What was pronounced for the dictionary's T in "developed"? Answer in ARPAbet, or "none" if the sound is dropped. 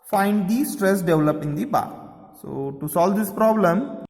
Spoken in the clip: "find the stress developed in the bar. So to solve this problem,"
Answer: none